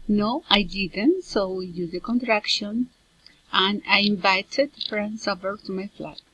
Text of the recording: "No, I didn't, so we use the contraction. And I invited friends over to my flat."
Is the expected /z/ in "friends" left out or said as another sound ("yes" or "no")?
yes